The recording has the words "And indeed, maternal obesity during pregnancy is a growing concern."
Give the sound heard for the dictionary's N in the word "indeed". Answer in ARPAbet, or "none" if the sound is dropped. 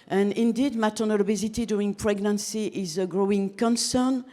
N